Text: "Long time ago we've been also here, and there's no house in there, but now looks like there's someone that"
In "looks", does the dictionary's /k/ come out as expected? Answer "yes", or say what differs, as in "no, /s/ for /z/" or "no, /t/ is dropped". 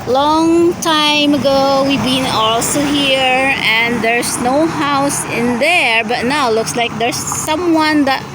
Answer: yes